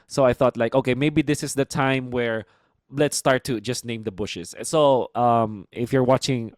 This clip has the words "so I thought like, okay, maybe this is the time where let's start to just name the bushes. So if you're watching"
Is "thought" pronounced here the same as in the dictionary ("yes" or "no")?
yes